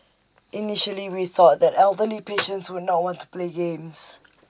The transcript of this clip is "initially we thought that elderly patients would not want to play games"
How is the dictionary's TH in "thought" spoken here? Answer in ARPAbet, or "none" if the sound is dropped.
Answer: TH